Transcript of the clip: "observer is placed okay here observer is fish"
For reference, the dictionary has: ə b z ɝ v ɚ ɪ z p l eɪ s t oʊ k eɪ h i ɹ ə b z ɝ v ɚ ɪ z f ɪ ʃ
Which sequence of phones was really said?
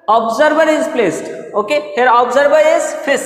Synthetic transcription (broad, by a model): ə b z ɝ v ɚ ɪ z p l eɪ s t oʊ k eɪ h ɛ ɹ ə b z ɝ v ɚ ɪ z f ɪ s